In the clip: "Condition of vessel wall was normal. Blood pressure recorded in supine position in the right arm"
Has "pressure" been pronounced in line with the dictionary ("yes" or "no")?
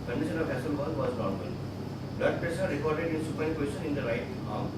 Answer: no